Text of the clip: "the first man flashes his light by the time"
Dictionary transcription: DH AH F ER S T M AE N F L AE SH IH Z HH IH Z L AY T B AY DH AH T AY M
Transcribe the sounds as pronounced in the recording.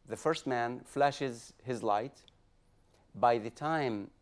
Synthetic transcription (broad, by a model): DH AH F ER S T M AE N F L AE SH IH Z HH IH Z L AY T B AY DH AH T AY M